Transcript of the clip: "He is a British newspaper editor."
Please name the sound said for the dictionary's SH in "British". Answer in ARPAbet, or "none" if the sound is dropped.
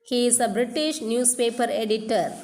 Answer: SH